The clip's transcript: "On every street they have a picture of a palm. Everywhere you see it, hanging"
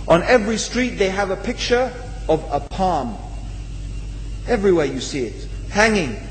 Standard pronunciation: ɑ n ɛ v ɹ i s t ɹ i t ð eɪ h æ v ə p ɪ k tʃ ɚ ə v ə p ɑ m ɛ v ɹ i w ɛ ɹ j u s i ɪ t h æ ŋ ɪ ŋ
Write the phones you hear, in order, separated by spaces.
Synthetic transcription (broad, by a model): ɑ n ɛ v ɹ i s t ɹ i t ð eɪ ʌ v ə p ɪ k tʃ ɚ ə v ə p ɑ m ɛ v ɹ i w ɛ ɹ j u s i ɪ t h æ ŋ ɪ ŋ